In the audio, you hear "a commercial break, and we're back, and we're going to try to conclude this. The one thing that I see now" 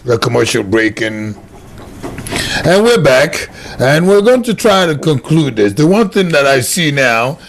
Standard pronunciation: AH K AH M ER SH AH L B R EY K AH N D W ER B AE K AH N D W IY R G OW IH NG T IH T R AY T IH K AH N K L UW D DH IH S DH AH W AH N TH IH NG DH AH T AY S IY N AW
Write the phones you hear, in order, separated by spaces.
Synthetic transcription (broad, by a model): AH K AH M ER SH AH L B R EY K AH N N W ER B AE K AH N W IY R G OW IH NG T IH T R AY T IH K AH N K L UW D DH IH S DH AH W AH N TH IH NG DH AH T AY S IY N AW